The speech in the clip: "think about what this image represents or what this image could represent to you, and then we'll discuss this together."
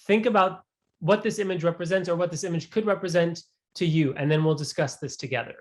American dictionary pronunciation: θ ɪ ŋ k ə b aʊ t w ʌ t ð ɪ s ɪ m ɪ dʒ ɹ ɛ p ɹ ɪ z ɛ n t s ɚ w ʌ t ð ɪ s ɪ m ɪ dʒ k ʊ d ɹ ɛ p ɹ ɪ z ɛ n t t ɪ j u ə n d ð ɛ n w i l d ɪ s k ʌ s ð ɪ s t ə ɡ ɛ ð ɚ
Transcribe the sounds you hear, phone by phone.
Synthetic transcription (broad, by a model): θ ɪ ŋ k ə b aʊ t w ʌ t ð ɪ s ɪ m ɪ dʒ ɹ ɛ p ɹ ɪ z ɛ n t s ɚ w ʌ t ð ɪ s ɪ m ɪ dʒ k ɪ d ɹ ɛ p ɹ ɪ z ɛ n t t ɪ j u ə n ð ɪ n w i l d ɪ s k ʌ s ð ɪ s t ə ɡ ɛ ð ɚ